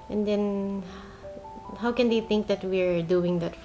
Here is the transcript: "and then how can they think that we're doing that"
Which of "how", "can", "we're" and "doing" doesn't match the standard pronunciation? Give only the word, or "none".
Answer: none